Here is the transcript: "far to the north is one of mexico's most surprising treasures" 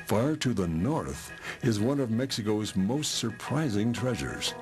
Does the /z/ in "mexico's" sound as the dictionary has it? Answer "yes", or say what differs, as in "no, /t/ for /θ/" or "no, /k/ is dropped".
yes